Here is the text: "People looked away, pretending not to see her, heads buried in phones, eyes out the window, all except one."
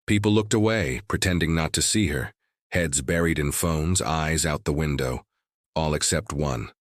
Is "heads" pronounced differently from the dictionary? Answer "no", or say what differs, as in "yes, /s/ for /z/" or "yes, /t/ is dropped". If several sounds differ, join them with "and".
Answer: no